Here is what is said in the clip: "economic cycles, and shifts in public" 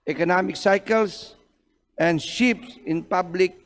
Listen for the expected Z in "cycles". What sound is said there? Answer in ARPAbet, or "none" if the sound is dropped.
S